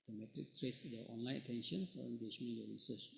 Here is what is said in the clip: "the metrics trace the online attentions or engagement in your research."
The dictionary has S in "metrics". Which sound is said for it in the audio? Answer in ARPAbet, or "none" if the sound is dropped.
none